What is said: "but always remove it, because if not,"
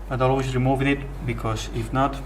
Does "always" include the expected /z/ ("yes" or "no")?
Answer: no